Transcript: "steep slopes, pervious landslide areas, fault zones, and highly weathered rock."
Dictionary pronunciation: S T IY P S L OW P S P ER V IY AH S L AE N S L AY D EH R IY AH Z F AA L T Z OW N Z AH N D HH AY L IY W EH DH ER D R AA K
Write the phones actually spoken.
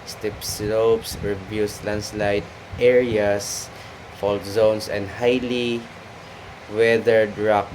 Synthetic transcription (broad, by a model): S T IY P S L OW P S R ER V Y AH S L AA N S L AY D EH R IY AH S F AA L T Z OW N S AH N D HH AY L IY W EH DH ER D R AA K